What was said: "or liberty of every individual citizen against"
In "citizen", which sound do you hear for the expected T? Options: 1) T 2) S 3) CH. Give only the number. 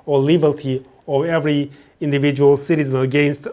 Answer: 1